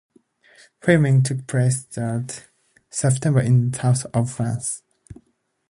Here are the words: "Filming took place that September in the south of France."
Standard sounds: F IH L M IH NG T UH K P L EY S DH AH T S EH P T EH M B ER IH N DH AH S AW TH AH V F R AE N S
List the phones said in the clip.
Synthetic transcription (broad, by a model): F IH M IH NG T UH K P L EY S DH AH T S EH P T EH M B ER IH N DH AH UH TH AH V F R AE N S